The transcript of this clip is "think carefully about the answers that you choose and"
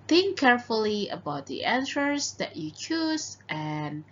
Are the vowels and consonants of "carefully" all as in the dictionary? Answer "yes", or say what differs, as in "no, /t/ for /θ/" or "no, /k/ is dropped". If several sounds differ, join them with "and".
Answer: yes